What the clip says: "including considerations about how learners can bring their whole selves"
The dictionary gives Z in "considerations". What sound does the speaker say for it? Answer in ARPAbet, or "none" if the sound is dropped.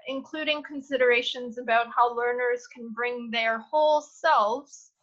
Z